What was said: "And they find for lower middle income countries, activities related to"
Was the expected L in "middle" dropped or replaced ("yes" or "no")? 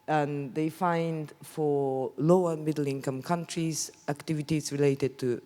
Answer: no